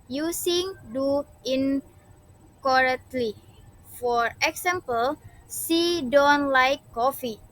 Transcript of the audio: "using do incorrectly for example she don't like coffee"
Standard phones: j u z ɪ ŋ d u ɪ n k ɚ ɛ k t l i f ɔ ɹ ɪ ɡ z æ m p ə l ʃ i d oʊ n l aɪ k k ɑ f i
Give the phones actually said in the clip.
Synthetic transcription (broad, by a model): j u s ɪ ŋ d u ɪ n k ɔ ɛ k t l i f ɔ ɹ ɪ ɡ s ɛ m p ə l s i d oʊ n l aɪ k k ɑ f i